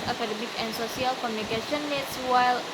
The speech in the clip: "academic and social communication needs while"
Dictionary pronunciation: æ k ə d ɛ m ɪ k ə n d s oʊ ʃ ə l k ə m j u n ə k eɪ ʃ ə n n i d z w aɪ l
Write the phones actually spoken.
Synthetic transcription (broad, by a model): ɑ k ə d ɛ m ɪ k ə n s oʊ s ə l k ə m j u n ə k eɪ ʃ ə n n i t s w aɪ l